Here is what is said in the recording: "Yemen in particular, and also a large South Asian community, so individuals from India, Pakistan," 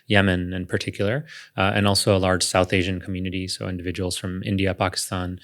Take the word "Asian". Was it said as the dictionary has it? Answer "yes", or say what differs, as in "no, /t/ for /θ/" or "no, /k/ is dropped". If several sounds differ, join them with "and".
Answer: yes